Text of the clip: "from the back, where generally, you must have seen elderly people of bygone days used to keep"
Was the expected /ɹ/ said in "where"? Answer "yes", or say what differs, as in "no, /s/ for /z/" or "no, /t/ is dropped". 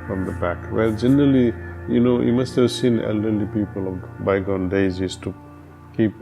no, /l/ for /ɹ/